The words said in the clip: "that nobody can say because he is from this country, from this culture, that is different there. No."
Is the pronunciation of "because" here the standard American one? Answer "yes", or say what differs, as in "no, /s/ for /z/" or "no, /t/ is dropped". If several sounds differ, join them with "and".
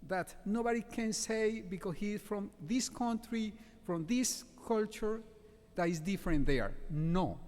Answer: no, /s/ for /z/